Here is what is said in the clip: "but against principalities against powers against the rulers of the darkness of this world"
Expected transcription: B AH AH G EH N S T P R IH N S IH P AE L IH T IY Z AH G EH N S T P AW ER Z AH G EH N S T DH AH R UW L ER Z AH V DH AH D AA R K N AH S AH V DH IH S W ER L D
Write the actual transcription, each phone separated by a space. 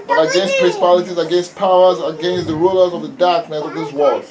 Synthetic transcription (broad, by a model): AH AH G EH N S T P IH S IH P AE L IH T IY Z AH G EH N S T P AW ER Z AH G EH N S T DH AH R UW L ER Z AH V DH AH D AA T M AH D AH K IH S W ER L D